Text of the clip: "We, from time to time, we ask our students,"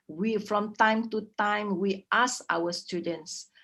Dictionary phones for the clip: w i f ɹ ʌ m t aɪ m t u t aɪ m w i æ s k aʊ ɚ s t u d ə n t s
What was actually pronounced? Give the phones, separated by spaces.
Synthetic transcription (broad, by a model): w i f ɹ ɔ m t aɪ m t u t aɪ m w i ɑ s aʊ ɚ s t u d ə n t s